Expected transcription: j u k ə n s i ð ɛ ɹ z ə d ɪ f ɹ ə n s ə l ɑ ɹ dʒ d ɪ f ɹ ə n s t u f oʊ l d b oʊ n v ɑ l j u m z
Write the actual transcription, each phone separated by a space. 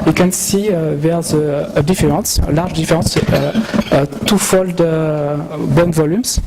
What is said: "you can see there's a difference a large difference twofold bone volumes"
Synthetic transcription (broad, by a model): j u k ə n s i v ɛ ɹ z ə d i f ɹ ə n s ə l ɑ ɹ ʒ d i f ɹ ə s t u f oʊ l d b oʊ n v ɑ l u m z